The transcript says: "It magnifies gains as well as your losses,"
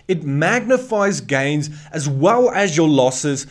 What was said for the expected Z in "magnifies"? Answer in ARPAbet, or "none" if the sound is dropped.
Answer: Z